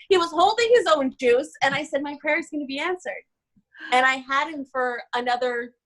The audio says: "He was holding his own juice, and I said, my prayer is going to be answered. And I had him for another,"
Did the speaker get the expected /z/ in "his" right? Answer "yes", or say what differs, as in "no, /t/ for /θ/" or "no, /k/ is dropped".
yes